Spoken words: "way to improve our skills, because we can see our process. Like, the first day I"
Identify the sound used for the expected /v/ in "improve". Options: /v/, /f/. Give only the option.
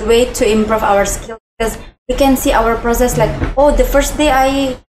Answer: /v/